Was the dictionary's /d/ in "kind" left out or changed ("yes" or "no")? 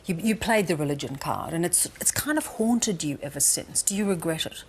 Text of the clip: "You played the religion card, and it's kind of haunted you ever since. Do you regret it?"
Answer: no